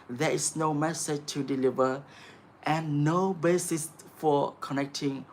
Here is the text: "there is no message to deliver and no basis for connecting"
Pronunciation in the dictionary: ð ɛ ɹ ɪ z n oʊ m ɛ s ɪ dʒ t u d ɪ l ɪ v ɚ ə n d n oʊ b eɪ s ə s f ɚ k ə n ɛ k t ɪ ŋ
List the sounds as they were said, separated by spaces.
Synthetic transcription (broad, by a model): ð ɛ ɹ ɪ s n oʊ m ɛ s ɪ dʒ t u d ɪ l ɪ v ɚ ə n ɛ n oʊ b eɪ s ə s f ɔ k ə n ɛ k t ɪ ŋ